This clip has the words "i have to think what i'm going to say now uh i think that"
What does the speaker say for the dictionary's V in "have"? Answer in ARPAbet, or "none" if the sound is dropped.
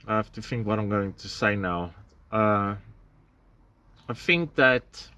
F